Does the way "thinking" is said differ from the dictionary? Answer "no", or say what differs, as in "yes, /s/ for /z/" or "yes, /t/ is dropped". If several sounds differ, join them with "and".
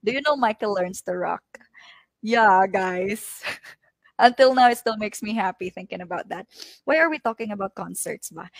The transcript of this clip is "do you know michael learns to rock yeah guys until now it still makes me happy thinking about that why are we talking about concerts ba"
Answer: no